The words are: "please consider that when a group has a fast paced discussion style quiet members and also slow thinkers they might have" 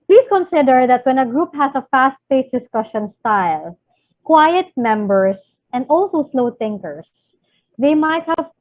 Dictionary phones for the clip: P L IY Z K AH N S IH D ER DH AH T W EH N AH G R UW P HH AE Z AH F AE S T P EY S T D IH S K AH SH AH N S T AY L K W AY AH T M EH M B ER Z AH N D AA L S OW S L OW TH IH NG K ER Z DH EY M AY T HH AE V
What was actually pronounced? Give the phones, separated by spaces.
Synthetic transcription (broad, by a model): P L IY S K AH N S IH D ER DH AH T W EH N AH G R UW P HH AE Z AH F AE S T F EY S D IH S K AH SH AH N S T AY L K W AY AH T M EH M B ER S AH N D AA L S OW S L OW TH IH NG K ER S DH EY M AY T HH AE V